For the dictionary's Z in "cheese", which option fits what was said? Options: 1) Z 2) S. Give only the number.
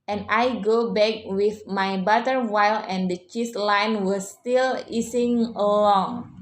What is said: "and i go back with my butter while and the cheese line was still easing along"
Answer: 2